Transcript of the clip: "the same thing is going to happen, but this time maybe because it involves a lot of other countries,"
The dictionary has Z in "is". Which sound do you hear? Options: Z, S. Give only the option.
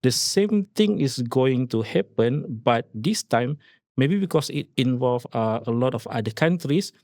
S